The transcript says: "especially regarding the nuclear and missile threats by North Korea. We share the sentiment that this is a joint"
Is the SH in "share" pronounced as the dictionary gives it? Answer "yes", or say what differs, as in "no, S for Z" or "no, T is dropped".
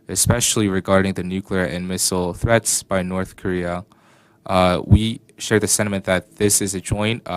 yes